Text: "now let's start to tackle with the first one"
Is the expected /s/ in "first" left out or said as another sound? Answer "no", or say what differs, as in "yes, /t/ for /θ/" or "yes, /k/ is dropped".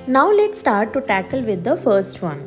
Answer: no